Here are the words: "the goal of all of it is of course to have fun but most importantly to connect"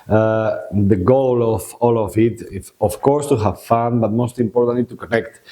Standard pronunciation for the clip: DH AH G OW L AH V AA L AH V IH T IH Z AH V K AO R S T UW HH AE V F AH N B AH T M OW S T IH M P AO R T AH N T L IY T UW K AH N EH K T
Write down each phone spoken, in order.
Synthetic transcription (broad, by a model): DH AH G OW L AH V AA L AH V IH T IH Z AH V K AO R S T UW HH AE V F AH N B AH T M OW S T IH M P AO R T AH N T L IY T UW K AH N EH K T